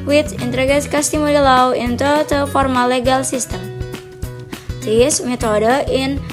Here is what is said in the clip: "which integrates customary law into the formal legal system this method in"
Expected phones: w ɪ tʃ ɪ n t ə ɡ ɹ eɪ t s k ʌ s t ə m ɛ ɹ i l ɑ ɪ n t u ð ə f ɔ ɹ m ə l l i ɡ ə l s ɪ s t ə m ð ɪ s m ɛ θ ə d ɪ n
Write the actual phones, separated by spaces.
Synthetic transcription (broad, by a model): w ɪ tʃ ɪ n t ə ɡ eɪ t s k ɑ s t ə m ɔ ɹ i l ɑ ɪ n t u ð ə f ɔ ɹ m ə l l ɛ ɡ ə l s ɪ s t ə m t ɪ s m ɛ t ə d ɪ n